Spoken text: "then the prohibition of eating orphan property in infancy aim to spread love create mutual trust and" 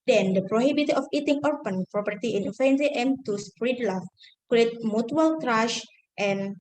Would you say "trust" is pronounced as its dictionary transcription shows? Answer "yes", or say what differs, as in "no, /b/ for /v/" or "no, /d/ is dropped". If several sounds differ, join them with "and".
no, /ʃ/ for /s/